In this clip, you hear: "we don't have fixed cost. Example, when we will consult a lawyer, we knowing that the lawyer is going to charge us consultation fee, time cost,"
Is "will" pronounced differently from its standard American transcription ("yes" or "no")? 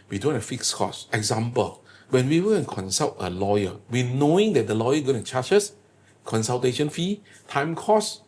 yes